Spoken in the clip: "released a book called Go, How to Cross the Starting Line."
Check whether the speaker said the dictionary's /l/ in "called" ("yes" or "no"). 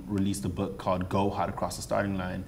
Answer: no